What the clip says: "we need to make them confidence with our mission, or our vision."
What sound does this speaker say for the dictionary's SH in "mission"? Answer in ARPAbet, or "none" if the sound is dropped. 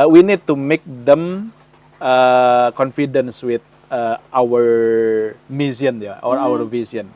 S